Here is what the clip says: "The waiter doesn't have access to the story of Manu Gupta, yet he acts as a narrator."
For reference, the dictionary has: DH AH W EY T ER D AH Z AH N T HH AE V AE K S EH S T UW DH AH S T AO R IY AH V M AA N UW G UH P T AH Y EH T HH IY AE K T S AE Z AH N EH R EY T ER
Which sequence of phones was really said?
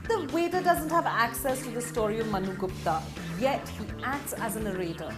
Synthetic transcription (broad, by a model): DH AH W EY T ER D AH Z AH N T HH AE V AE K S EH S T UW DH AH S T AO R IY AH V M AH N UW G UH P T AH Y EH T HH IY AE K T S AE Z AH N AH R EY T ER